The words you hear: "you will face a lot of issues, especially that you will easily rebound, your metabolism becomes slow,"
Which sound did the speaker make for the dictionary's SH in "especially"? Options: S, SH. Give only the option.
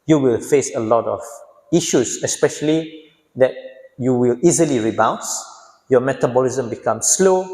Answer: SH